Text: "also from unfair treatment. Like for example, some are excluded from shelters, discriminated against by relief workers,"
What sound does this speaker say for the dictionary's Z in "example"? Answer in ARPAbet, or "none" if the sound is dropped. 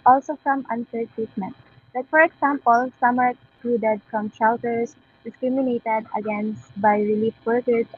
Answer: S